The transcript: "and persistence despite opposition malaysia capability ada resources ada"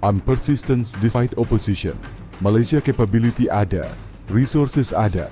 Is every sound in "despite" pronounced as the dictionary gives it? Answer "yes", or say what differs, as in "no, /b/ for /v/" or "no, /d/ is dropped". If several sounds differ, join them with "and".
no, /p/ is dropped